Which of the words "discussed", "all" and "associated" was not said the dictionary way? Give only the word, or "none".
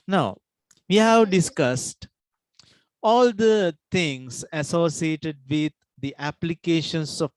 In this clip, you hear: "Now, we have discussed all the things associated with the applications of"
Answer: none